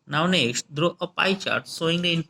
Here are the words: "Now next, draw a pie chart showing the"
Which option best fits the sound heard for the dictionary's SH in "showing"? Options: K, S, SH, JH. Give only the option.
S